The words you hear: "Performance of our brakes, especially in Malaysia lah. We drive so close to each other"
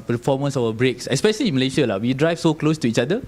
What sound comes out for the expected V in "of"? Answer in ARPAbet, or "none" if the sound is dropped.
W